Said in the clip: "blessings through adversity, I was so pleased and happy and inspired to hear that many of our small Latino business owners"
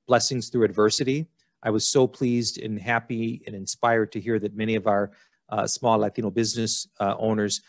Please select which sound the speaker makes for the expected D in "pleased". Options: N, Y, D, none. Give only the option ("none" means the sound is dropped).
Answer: D